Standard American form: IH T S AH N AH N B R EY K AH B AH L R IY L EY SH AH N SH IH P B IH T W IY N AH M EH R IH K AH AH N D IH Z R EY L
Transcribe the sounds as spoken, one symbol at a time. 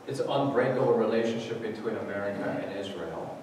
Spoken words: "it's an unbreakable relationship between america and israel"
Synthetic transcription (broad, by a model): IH T S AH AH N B R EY AH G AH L R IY L EY SH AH N SH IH P B IH T W IY N AH M EH R IH K AH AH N IH Z R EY L